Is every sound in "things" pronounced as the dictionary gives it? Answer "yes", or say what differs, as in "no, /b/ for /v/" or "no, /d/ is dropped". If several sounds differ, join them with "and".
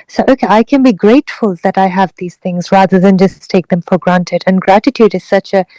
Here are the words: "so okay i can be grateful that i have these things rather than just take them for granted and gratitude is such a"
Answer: yes